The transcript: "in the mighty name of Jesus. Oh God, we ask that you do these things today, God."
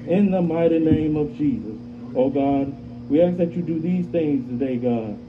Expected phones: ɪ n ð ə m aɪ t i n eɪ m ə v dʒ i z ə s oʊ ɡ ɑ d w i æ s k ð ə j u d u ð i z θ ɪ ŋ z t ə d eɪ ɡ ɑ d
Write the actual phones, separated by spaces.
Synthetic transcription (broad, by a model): ɪ n ð ə m aɪ t i n eɪ m ə v dʒ i z ə s oʊ ɡ ɑ d w i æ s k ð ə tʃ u d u ð i z θ ɪ ŋ z t ə d eɪ ɡ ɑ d